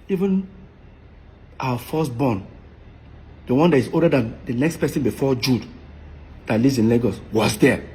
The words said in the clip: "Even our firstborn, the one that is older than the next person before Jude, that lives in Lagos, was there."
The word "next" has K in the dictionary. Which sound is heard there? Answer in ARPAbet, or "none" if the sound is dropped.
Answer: K